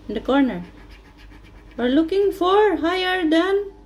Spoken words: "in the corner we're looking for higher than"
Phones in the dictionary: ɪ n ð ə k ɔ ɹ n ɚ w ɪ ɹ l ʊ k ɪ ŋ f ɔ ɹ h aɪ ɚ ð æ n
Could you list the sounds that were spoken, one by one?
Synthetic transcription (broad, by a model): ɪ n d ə k ɔ ɹ n ɚ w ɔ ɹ l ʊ k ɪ ŋ f ɔ ɹ h aɪ ɚ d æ n